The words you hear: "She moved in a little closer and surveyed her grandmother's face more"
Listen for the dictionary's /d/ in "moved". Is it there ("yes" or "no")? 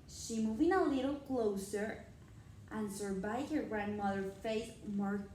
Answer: no